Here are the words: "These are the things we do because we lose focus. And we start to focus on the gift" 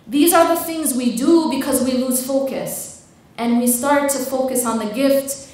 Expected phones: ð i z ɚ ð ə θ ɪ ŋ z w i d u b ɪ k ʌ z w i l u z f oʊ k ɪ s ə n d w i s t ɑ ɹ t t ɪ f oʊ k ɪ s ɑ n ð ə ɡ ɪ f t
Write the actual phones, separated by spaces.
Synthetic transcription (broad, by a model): ð i z ɚ ð ə θ ɪ ŋ z w i d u b ɪ k ʌ z w i l u z f oʊ k ɪ s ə n w i s t ɑ ɹ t t ɪ f oʊ k ɪ s n ð ə ɡ ɪ f t